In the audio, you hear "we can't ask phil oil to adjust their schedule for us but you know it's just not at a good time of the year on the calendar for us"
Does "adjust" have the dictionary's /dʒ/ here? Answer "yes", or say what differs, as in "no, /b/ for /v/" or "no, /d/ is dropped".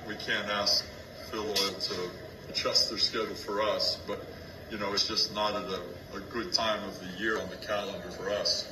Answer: no, /tʃ/ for /dʒ/